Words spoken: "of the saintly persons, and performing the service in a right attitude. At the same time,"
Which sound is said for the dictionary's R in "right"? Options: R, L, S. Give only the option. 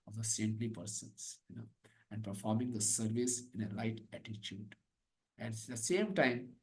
L